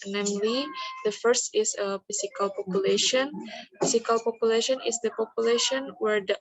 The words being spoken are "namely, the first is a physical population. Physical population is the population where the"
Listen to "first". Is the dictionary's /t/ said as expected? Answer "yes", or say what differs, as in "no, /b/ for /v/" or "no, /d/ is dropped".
yes